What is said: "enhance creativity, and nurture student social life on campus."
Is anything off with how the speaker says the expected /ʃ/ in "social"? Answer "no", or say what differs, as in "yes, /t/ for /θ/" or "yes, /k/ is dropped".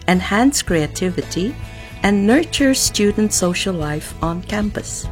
no